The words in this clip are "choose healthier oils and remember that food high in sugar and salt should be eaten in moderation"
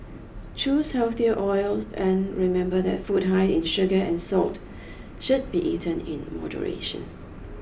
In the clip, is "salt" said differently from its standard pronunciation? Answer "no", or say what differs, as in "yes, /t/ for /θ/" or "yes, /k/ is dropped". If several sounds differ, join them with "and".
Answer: no